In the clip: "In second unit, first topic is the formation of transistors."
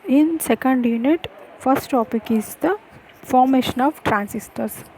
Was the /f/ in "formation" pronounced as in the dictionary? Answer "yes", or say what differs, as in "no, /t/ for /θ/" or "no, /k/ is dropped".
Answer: yes